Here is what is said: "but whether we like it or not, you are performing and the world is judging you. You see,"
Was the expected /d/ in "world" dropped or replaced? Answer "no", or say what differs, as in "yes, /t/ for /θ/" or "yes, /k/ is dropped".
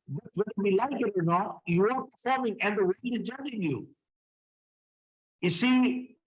yes, /d/ is dropped